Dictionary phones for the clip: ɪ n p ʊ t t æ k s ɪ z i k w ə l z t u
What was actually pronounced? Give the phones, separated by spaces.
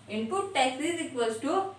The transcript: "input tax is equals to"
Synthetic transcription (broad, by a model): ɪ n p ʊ t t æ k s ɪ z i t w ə z t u